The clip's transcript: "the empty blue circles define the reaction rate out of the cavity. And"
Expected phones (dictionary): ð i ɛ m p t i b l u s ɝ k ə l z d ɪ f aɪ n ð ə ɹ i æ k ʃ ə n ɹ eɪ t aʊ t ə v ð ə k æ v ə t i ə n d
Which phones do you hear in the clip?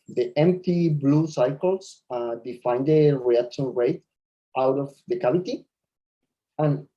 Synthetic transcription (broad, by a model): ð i ɛ m p t i b l u s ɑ k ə l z d ɪ f aɪ n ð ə ɹ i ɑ k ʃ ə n ɹ eɪ t aʊ t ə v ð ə k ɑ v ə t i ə n